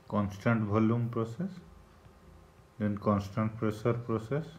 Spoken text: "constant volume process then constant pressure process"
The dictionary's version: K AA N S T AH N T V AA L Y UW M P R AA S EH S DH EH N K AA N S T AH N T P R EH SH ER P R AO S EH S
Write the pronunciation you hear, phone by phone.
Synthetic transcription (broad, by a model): K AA N S T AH N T B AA L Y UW M P R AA S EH S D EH N K AA N S T AH N T P R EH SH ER P R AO S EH S